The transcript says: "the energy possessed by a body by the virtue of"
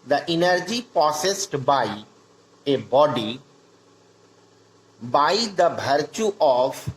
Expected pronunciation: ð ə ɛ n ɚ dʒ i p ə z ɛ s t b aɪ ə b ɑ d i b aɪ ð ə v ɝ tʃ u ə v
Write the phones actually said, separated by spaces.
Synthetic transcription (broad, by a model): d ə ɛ n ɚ dʒ i p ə s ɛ s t b aɪ ə b ɑ d i b aɪ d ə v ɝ tʃ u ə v